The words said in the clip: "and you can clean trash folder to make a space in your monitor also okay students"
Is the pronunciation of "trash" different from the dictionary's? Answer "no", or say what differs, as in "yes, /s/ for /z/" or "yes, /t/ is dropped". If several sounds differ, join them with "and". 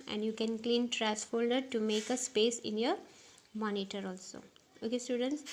yes, /s/ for /ʃ/